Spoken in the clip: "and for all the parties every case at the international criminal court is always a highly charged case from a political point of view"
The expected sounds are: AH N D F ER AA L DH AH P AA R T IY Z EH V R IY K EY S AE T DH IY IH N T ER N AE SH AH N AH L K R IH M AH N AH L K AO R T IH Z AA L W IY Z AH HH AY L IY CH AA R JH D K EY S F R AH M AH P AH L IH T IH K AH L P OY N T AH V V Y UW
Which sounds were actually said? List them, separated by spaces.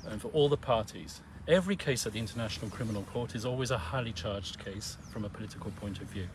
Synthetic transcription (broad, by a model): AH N F ER AA L DH AH P AA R T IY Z EH V R IY K EY S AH T DH IY IH N T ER N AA SH AH N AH L K R IH M AH N AH L K AO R T IH Z AA L W IY Z AH HH AY L IY CH AA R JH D K EY S F R AH M AH P AH L IH T IH K AH L P OY N T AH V V Y UW